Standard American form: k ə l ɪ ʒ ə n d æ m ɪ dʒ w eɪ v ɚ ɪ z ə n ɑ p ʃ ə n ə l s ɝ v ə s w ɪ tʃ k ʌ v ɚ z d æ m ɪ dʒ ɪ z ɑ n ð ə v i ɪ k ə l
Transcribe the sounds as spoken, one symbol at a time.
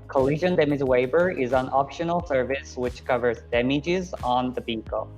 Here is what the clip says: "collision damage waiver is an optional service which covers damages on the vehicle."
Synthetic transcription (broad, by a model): k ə l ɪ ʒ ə n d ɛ m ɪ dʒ w eɪ b ɚ ɪ z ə n ɑ p ʃ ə n l s ɝ v ə s w ɪ tʃ k ʌ v ɚ z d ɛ m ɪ dʒ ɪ z n ð ə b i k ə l